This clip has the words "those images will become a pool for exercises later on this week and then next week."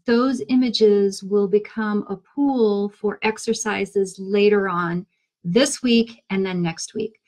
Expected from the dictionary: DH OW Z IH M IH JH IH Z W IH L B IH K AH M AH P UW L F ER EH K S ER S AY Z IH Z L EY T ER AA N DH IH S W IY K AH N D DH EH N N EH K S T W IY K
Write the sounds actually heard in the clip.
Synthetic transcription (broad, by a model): DH OW Z IH M IH JH IH Z W IH L B IH K AH M AH P UW L F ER EH K S ER S AY Z IH Z L EY T ER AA N DH IH S W IY K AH N DH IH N N EH K S T W IY K